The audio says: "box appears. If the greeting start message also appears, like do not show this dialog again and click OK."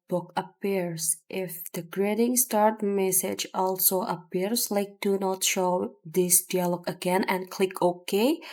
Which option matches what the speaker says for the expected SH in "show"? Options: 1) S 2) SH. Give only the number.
2